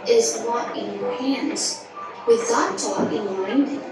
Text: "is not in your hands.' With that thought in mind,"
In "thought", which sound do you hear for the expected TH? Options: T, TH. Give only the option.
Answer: T